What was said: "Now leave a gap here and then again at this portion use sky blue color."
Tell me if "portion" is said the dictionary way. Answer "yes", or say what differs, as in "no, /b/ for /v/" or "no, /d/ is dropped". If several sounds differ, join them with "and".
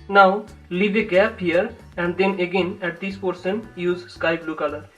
no, /s/ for /ʃ/